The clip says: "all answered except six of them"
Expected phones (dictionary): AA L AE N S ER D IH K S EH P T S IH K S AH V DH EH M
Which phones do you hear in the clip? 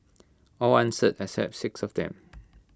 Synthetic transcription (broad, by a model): AA L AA N S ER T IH S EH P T S IH K S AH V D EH M